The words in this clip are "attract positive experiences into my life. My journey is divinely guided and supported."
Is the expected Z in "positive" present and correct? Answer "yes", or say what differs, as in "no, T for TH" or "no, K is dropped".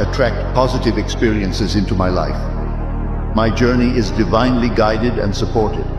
yes